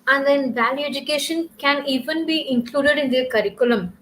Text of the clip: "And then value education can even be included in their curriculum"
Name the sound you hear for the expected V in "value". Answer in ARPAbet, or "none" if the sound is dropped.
V